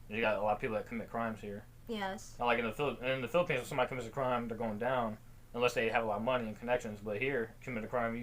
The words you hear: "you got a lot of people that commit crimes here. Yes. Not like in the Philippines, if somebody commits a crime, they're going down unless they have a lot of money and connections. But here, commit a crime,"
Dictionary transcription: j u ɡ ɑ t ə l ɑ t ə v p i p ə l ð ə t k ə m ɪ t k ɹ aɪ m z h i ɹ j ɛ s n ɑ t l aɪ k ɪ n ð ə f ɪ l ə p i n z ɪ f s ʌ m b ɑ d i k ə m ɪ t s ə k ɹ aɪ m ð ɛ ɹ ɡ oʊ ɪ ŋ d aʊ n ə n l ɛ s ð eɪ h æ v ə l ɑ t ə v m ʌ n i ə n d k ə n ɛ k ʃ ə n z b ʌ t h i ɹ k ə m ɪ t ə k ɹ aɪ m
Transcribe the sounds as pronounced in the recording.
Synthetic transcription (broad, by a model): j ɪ ɡ ɑ t ə l ɑ t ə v p i p l ð ə t k ə m ɪ t k ɹ aɪ m z h i ɹ j ɛ s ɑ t l aɪ k ɪ n ð ə f ɪ l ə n n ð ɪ f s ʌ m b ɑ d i k ə m ɪ t s ə k ɹ aɪ m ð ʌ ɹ ɡ oʊ ɪ ŋ d aʊ n ə n l ɛ s ð eɪ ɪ v ə l ɑ t ə v m ʌ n i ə n k ə n ɛ k ʃ ə n z b ʌ t h i ɹ k ə m ɪ t ə k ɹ aɪ m